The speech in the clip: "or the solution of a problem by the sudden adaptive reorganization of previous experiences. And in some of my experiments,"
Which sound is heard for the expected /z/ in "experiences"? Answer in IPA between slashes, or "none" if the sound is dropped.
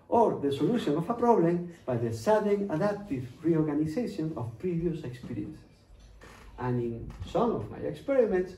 /s/